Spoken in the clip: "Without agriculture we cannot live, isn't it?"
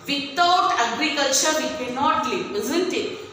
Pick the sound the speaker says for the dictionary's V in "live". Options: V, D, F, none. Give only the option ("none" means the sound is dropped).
none